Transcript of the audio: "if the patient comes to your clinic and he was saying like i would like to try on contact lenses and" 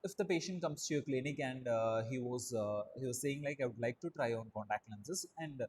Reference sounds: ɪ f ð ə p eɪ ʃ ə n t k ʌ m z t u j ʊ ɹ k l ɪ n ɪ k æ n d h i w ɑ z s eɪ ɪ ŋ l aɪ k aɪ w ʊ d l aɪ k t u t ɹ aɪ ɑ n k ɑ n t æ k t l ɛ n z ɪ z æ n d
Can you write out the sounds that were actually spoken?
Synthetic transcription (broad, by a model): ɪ f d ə p eɪ ʃ ə n t k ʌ m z t u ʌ k l ɪ n ɪ k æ n d h i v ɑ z s eɪ ɪ ŋ l aɪ k aɪ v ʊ d l aɪ k t u t ɹ aɪ ɑ n k ɑ n t æ k t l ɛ n s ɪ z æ n d